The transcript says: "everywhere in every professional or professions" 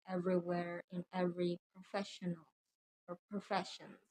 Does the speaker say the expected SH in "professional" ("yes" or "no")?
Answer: yes